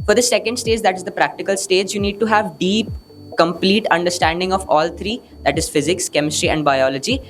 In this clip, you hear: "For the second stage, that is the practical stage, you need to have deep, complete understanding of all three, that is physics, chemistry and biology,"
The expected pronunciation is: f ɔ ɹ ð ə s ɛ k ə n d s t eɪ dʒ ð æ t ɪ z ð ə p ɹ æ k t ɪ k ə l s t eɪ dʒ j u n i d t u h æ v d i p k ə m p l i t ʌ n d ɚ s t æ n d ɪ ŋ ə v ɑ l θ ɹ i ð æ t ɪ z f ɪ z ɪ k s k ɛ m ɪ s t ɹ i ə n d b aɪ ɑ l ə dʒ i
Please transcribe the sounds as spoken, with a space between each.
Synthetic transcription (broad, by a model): f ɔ ɹ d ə s ɛ k ə n d s t eɪ dʒ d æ t ɪ z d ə p ɹ æ k t ɪ k ə l s t eɪ dʒ j u n i d t u h æ v d i p k ə m p l i t ʌ n d ɚ s t æ n d ɪ ŋ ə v ɑ l t ɹ i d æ t ɪ z f ɪ z ɪ k s k ɛ m ɪ s t ɹ i ə n d b aɪ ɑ l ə dʒ i